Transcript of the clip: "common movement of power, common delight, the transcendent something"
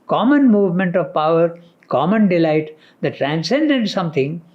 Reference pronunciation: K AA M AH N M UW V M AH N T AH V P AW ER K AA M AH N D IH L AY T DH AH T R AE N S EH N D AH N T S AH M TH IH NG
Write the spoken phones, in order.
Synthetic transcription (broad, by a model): K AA M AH N M UW V M AH N T AH V P AW ER K AA M AH N D IH L AY T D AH T R AE N S EH N D AH N T S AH M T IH NG